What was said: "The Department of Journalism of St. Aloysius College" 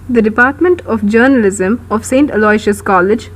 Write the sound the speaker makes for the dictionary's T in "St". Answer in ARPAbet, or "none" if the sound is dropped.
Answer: T